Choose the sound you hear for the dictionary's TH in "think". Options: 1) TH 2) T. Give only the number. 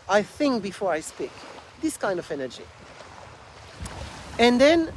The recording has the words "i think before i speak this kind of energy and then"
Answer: 1